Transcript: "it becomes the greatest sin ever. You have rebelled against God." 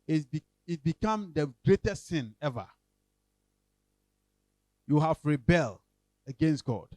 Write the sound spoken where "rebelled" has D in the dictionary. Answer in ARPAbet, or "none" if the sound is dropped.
none